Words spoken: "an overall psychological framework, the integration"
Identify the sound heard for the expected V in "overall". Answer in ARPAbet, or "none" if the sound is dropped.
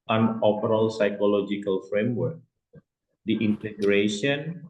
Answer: P